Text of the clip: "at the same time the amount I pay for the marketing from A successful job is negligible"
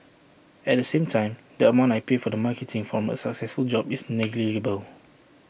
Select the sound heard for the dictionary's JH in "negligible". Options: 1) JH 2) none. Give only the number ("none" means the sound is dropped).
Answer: 2